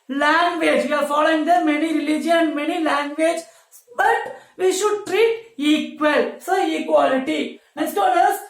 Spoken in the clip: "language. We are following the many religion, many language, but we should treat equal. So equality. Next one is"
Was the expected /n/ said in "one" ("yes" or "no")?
no